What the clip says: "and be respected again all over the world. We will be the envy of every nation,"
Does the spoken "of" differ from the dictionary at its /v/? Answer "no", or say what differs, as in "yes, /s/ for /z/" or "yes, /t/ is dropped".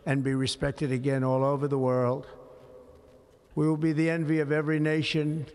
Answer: no